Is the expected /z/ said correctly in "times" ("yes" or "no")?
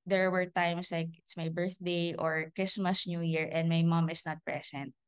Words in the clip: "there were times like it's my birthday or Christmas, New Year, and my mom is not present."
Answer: no